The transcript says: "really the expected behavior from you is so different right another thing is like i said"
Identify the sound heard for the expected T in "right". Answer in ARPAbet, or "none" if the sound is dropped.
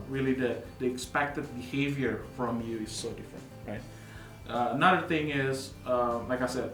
T